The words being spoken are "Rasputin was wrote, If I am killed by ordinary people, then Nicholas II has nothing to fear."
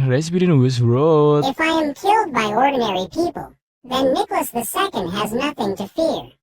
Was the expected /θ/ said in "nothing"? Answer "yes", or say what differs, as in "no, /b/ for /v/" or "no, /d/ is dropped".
yes